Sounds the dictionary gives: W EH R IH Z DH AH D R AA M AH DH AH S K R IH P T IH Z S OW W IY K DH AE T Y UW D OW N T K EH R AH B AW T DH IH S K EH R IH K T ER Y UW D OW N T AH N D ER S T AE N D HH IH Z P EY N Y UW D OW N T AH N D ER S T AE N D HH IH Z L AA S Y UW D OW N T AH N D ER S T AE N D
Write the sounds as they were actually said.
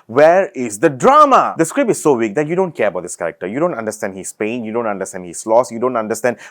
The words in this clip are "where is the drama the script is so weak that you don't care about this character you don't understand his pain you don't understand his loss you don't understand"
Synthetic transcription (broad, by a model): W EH R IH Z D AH D R AA M AH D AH S K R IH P IH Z S OW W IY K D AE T Y UW D OW N T K EH R AH B AW T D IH S K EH R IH K T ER Y UW D OW N T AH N D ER S T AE N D HH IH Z P EY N Y UW D OW N T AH N D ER S T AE N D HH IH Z L AA S Y UW D OW N T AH N D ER S T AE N D